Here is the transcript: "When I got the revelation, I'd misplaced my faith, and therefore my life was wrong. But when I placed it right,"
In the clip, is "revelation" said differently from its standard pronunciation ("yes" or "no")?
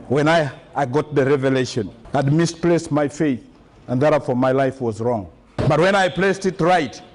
no